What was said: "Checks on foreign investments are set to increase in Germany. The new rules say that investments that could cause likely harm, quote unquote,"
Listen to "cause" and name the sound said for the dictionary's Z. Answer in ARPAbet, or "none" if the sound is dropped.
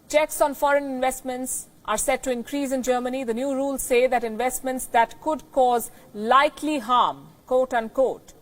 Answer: Z